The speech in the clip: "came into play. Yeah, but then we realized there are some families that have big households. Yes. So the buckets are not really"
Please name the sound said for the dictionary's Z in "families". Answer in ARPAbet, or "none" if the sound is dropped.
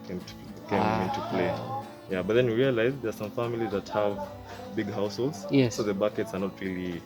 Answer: Z